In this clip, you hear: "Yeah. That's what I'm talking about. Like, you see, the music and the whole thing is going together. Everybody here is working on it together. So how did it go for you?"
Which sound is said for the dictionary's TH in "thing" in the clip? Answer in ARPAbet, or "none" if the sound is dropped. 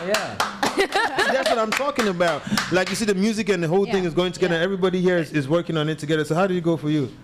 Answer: TH